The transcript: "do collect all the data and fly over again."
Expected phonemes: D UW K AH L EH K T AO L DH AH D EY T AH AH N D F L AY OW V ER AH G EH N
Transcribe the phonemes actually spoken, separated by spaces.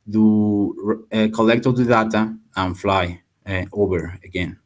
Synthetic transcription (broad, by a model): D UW K AH L EH K T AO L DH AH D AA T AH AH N F L AY OW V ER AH G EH N